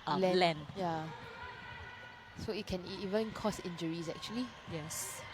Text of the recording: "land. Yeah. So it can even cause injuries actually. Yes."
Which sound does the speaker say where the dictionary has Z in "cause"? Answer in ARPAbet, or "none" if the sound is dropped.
S